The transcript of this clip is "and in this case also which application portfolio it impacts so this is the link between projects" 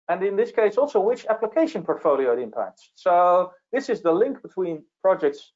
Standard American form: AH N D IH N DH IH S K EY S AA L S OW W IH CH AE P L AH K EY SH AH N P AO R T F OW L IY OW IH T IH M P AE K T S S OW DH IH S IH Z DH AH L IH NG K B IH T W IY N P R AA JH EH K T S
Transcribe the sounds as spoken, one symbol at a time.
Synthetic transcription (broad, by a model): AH N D IH N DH IH S K EY S AA L S OW W IH CH AE P L AH K EY SH AH N P AO R T F OW L IY OW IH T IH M P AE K T S S OW DH IH S IH Z DH AH L IH NG K B IH T W IY N P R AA JH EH K T S